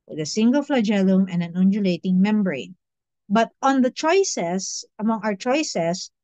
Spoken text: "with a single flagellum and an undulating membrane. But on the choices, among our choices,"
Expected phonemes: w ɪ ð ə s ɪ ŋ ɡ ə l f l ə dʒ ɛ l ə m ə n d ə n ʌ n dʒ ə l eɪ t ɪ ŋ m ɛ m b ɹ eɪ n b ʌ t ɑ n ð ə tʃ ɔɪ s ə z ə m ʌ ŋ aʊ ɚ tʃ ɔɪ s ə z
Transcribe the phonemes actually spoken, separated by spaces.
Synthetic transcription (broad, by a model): w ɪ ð ə s ɪ ŋ ɡ ə l f l ə dʒ ɛ l ə m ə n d ə n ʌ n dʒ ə l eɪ t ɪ ŋ m ɛ m b ɹ eɪ n b ʌ t ɑ n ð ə tʃ ɔɪ s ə s ə m ʌ ŋ aʊ ɚ tʃ ɔɪ s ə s